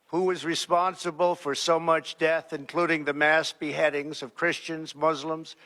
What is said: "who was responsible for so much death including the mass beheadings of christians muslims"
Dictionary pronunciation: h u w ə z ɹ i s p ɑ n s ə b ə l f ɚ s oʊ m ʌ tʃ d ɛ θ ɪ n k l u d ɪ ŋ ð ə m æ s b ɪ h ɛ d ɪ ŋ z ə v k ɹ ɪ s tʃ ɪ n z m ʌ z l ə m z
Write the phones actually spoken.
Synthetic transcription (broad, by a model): h u w ə z ɹ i s p ɑ n s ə b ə l f ɚ s oʊ m ʌ tʃ d ɛ θ ɪ n k l u d ɪ ŋ ð ə m æ s b ɪ h ɛ d ɪ ŋ z ə v k ɹ ɪ s tʃ ɪ n z m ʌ z l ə m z